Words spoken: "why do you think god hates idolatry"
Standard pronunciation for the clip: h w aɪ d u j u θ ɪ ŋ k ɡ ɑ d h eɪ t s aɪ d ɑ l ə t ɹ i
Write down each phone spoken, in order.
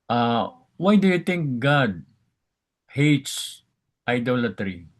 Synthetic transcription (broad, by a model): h w aɪ d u j u t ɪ ŋ k ɡ ɑ d h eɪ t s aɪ d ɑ l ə t ɹ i